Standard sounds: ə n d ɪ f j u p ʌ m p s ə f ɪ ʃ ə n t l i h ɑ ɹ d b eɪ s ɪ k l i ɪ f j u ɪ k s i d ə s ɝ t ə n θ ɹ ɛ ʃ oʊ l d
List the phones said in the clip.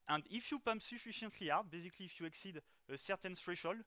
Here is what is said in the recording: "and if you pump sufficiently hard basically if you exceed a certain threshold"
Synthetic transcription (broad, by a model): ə n d ɪ f j u p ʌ m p s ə f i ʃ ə n t l i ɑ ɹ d b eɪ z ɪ k l i f j u ɪ k s i d ə s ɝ t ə n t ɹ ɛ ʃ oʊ l